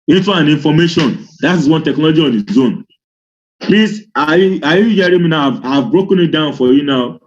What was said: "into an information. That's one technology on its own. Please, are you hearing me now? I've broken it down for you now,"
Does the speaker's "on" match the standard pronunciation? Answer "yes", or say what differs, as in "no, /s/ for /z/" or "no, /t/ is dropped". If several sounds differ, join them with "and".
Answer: yes